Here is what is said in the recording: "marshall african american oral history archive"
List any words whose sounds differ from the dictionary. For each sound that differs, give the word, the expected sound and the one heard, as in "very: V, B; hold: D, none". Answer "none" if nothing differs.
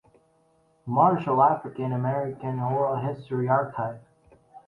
none